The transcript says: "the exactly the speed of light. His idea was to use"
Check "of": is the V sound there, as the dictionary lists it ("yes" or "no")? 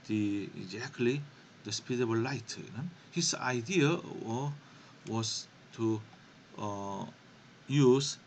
no